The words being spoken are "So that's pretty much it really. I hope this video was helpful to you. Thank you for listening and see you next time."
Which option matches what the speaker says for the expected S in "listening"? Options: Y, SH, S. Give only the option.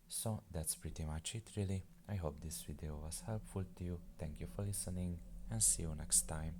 S